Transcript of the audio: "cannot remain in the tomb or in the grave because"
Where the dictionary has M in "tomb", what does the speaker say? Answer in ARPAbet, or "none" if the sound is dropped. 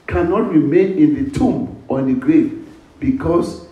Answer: M